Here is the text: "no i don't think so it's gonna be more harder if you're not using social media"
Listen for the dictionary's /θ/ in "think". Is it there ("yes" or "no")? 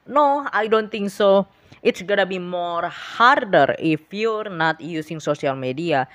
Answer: no